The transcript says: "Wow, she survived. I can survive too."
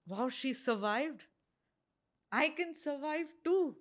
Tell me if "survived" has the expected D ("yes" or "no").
yes